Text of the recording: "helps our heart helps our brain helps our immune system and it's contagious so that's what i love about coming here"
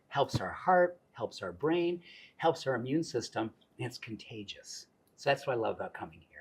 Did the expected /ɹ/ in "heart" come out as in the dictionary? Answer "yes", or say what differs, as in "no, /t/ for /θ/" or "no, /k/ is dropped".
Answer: yes